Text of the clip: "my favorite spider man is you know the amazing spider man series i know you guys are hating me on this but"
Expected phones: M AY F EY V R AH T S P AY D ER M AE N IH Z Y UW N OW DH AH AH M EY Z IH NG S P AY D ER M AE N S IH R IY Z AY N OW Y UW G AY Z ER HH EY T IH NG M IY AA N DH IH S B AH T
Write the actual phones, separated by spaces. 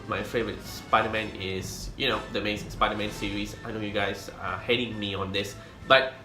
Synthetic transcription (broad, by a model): M AY F EY V R AH T S P AY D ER M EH N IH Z Y UW N OW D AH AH M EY S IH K S P AY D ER M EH N S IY R IY S AY N OW Y UW G AY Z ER HH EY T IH NG M IY AA N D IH S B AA T